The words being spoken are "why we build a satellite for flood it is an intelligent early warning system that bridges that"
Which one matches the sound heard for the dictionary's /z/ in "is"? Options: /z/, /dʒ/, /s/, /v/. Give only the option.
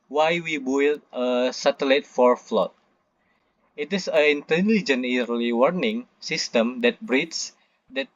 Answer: /s/